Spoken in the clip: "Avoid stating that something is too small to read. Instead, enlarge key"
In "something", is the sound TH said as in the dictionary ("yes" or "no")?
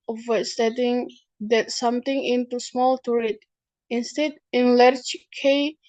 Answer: no